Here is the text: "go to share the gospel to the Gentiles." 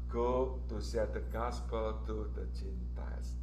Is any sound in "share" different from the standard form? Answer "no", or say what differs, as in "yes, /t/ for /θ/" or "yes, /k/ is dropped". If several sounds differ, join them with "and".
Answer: yes, /s/ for /ʃ/